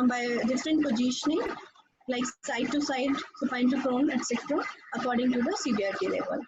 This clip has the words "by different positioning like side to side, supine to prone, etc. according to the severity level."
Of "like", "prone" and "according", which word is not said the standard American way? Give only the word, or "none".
prone